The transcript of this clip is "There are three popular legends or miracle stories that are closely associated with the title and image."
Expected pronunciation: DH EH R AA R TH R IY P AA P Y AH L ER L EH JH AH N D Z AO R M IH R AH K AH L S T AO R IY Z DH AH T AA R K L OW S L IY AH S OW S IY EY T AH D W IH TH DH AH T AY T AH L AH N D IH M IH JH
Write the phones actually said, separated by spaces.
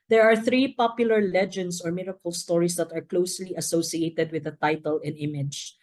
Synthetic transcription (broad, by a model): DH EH R AA R TH R IY P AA P Y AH L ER L EH JH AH N D S AO R M IH R AH K AH L S T AO R IY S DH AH T AA R K L OW S L IY AH S OW S IY EY T AH D W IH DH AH T AY T AH L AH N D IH M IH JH